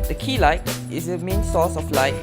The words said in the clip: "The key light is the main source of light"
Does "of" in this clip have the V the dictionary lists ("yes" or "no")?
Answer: no